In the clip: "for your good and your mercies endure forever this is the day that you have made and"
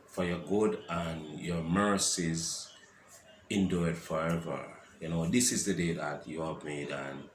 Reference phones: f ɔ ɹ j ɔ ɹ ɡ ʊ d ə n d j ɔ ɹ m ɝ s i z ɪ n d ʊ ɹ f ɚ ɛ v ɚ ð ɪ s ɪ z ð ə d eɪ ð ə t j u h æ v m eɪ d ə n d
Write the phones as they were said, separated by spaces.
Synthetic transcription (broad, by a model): f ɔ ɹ j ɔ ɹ ɡ ʊ d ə n j ɔ ɹ m ɝ s i z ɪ n d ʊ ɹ f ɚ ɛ v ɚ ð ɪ s ɪ z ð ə d eɪ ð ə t j u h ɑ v m eɪ d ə n